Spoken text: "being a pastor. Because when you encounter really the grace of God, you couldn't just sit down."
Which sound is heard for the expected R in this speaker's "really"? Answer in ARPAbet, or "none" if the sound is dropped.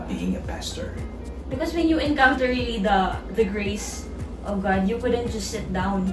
L